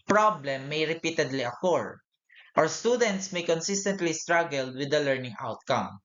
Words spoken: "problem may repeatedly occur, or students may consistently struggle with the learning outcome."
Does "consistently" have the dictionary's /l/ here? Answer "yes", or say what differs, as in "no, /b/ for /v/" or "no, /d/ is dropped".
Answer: yes